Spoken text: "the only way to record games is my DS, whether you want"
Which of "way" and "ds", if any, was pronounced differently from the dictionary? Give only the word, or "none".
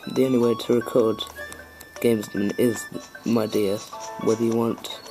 ds